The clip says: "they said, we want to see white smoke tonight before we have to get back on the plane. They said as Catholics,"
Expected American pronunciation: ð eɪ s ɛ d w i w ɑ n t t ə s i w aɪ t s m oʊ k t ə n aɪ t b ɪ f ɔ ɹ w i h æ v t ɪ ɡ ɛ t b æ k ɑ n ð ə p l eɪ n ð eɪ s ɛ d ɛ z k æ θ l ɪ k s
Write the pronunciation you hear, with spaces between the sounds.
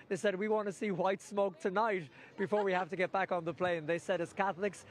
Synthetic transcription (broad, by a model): ð eɪ s ɛ d w i w ɑ n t t ə s i w aɪ t s m oʊ k t ə n aɪ t b ɪ f ɔ ɹ w i h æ f t ɪ ɡ ɛ t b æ k n ð ə p l eɪ n ð eɪ s ɛ d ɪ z k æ θ l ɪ k s